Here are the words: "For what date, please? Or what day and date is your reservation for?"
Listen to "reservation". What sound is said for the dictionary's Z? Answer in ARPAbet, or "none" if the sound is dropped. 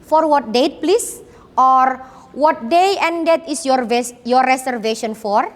S